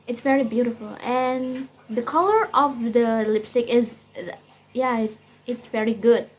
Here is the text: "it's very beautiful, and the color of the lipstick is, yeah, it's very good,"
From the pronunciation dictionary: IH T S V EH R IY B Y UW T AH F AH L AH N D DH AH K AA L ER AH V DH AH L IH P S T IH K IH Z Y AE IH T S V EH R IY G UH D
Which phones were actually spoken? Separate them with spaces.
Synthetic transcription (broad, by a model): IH T S V EH R IY B Y UW T AH F AH L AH N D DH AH K AA L ER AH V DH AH L IH P S T IH K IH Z Y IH IH T S V EH R IY G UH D